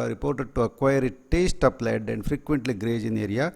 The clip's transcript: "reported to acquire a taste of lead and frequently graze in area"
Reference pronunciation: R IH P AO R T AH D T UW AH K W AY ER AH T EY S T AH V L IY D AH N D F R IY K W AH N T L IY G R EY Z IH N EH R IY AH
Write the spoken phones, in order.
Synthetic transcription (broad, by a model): R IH P AO R T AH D T UW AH K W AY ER AH T EY S T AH P L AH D AH N D F R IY K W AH N T L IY G R EY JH IH N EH R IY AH